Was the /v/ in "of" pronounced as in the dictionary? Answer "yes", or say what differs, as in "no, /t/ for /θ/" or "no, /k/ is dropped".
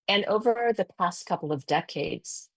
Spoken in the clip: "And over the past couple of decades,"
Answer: yes